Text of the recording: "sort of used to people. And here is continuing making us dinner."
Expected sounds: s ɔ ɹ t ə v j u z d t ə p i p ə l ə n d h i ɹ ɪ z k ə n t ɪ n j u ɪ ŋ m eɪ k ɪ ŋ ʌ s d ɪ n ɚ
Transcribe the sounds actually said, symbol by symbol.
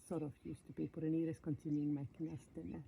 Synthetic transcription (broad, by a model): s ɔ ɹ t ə f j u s t ə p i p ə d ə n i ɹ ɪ s k ə n t ɪ n j u ɪ ŋ m eɪ k ɪ ŋ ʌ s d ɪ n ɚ